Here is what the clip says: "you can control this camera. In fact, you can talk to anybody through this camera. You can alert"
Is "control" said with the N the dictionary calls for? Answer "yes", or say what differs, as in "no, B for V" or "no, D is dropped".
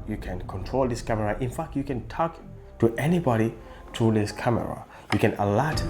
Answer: yes